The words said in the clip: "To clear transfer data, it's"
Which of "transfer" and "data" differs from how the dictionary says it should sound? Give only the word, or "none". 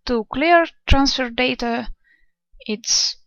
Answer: none